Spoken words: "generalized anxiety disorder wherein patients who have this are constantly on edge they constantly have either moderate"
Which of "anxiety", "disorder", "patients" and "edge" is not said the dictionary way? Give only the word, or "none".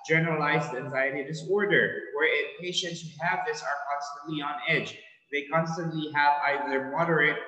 none